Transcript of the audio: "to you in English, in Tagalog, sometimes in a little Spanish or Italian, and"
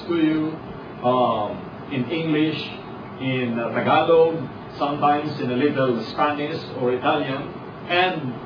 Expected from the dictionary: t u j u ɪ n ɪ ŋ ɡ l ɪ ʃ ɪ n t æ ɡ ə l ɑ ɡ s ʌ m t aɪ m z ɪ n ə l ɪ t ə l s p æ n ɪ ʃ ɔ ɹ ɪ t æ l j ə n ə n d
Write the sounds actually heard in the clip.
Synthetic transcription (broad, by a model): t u j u ɪ n ɪ ŋ ɡ l ɪ ʃ ɪ n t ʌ ɡ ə l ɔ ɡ s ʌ m t aɪ m s ɪ n ə l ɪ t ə l s p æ n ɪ s ɔ ɹ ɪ t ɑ l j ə n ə n d